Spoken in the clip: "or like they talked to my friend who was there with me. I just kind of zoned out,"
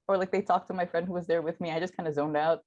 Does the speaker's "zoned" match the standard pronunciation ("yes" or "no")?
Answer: yes